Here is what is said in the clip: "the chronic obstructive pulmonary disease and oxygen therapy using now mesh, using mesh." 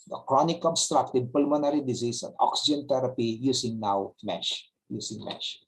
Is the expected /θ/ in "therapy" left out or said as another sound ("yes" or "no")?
yes